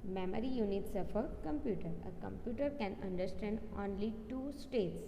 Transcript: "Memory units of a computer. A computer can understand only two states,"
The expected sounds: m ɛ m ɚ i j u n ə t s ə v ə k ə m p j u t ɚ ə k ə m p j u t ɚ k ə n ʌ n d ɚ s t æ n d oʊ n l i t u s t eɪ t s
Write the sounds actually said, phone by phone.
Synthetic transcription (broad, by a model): m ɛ m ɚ i j u n ə t s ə f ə k ə m p j u t ɚ ə k ə m p j u t ɚ k ə n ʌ n d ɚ s t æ n d oʊ n l i t u s t eɪ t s